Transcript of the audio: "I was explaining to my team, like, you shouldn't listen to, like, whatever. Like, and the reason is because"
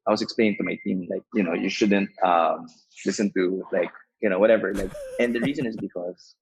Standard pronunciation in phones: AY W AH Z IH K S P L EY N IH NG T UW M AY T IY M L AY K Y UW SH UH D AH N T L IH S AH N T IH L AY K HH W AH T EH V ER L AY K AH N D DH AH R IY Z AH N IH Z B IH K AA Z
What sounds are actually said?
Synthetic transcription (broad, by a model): AY W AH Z IH K S P L EY N IH NG T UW M AY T IY M L AY K Y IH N UH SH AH N T L IH S AH N T IH L AY K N W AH T EH V ER L AY K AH N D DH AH R IY Z AH N IH Z B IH K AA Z